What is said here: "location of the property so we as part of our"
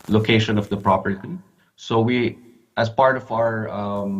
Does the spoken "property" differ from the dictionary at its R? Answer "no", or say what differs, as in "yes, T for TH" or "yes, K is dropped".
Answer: no